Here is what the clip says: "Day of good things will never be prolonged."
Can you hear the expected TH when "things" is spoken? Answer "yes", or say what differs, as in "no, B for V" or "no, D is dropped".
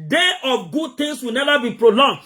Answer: no, T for TH